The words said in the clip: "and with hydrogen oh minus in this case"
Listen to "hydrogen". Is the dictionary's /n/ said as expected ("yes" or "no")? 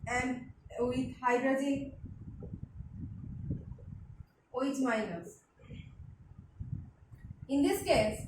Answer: no